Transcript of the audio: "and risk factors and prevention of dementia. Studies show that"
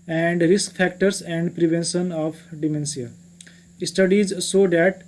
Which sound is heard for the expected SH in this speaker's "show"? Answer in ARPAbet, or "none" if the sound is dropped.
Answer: S